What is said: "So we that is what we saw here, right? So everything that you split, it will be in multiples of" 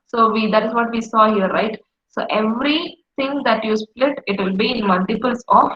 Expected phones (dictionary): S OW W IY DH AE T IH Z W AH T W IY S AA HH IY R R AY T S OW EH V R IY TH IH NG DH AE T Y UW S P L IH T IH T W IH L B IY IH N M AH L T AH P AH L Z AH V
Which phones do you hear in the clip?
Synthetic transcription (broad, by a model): S OW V IY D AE T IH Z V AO T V IY S AA HH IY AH R AY T S OW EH V R IY T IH NG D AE T Y UW S P L IH T IH T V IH L B IY IH N M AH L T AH P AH L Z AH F